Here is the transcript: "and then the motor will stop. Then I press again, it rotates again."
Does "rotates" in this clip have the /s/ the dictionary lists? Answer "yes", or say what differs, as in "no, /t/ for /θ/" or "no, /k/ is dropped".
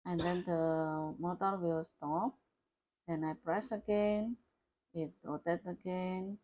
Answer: no, /s/ is dropped